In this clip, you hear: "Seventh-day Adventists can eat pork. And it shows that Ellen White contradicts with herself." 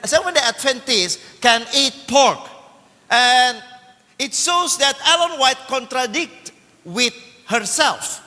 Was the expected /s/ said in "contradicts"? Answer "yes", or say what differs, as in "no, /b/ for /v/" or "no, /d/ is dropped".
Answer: no, /s/ is dropped